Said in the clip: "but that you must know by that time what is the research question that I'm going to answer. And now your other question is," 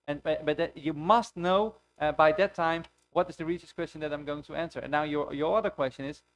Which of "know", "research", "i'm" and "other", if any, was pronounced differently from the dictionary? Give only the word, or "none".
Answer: research